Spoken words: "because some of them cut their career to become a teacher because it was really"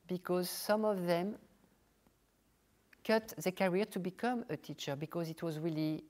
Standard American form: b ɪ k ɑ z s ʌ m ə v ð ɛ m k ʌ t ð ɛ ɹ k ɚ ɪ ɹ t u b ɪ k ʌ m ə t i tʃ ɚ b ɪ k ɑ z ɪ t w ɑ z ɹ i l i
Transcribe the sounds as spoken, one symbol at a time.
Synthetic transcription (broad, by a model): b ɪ k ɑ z s ʌ m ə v ð ɛ m k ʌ t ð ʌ k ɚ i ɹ t u b ɪ k ʌ m ə t i tʃ ɚ b ɪ k ɑ z ɪ t w ɑ z ɹ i l i